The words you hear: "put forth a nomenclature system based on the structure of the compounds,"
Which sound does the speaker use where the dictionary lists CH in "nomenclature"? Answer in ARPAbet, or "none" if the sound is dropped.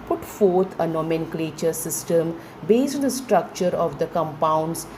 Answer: CH